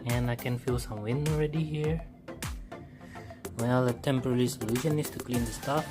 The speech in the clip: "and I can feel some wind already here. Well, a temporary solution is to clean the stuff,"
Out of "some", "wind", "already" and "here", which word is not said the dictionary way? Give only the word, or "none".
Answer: wind